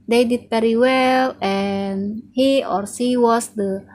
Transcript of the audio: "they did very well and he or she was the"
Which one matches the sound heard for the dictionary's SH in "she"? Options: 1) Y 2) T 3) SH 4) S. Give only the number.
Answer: 4